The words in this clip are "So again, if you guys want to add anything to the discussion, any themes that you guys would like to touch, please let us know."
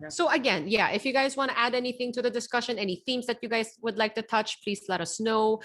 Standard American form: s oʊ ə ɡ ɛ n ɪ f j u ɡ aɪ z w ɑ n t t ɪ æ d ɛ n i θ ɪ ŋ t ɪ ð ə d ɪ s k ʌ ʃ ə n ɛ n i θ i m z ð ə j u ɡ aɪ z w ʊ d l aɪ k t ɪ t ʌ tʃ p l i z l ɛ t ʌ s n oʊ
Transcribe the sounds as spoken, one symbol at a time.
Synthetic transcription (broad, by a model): s oʊ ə ɡ ɛ n ɪ f j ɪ ɡ aɪ z w ɑ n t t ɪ æ d ɛ n i θ ɪ ŋ t ɪ ð ə d ɪ s k ʌ ʃ ə n ɛ n i θ i m z ð ə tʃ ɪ ɡ aɪ z w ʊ d l aɪ k t ɪ t ʌ tʃ p l i z l ɛ t ʌ s n oʊ